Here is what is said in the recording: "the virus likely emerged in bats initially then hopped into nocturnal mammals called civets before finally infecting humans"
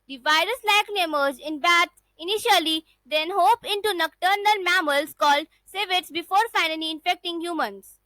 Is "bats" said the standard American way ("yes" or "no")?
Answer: no